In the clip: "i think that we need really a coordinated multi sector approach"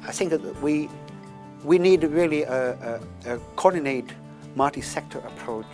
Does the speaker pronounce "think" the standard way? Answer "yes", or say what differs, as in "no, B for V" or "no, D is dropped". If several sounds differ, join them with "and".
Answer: yes